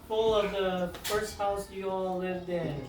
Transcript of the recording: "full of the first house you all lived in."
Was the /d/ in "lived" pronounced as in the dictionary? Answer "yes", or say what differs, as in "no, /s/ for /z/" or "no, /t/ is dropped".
yes